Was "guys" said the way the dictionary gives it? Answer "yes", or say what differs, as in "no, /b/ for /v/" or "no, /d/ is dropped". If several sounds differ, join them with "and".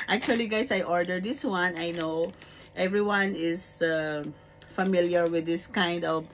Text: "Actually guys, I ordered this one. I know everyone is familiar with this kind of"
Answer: no, /s/ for /z/